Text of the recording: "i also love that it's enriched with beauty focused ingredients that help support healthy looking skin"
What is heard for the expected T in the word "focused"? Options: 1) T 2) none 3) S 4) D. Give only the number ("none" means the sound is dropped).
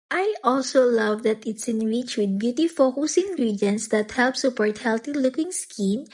2